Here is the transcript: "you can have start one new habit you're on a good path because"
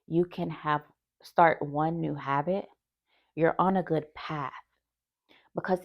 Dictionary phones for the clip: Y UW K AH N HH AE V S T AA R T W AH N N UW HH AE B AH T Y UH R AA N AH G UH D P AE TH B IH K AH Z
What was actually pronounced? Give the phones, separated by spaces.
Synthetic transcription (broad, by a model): Y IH K AH N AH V S T AA R T W AH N N UW HH AE B AH T Y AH R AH N AH G UH D P AE TH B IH K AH Z